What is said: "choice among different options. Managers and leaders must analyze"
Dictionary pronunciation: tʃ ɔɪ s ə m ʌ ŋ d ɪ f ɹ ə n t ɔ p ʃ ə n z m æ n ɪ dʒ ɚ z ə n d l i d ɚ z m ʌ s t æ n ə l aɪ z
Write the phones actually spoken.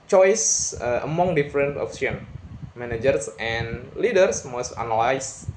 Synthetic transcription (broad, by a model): tʃ ɔɪ s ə m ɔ ŋ d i f ɹ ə n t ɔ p s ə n m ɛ n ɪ dʒ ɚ s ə n l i d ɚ s m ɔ s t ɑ n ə l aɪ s